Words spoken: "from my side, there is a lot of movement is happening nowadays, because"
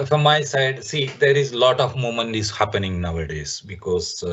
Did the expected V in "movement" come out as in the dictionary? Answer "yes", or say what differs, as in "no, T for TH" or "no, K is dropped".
no, V is dropped